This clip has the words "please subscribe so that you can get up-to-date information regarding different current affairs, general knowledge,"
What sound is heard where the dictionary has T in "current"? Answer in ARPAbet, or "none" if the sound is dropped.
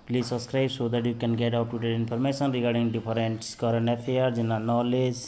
none